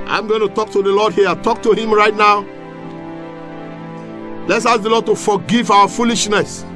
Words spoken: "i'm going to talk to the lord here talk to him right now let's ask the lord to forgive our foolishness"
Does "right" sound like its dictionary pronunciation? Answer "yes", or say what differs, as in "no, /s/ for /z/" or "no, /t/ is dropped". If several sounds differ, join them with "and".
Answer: yes